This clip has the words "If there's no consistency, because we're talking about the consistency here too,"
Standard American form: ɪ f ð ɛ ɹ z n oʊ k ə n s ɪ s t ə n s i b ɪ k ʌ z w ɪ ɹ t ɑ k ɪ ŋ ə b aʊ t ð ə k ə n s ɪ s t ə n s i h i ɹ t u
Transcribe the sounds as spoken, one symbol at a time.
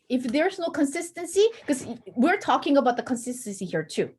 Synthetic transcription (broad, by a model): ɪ f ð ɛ ɹ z n oʊ k ə n s ɪ s t ə n s i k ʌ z w ɪ ɹ t ɑ k ɪ ŋ ə b aʊ t ð ə k ə n s ɪ s t ə n s i h i ɹ t u